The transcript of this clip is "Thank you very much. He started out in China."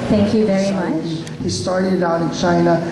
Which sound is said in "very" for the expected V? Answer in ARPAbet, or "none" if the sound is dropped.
V